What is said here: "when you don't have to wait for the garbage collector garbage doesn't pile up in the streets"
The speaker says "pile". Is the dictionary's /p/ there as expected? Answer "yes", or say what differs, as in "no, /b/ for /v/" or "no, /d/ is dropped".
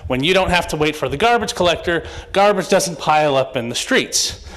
yes